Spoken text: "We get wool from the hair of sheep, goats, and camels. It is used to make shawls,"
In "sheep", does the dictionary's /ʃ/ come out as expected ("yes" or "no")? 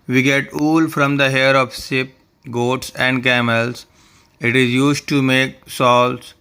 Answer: no